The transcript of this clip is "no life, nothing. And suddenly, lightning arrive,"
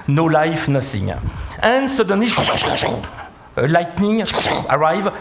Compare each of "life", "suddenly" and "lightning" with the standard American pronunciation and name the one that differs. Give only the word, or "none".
suddenly